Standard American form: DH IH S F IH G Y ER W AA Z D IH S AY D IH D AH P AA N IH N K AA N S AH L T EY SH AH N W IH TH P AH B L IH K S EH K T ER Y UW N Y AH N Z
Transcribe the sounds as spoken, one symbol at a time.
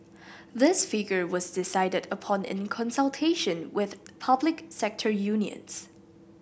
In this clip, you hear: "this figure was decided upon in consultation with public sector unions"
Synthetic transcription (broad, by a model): DH IH S F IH G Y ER W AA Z D IH S AY D IH D AH P AA N IH N K AA N S AH L T EY SH AH N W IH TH P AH B L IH K S EH K T ER Y UW N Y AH N S